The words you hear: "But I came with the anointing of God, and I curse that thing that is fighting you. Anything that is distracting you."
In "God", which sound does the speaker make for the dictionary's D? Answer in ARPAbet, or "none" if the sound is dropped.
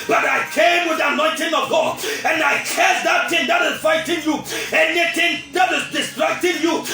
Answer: none